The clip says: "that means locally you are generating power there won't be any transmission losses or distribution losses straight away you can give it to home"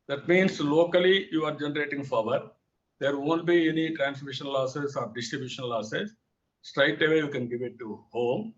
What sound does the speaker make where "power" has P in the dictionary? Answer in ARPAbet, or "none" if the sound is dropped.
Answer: F